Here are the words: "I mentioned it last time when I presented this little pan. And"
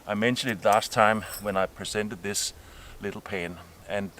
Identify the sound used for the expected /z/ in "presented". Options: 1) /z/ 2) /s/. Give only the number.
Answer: 2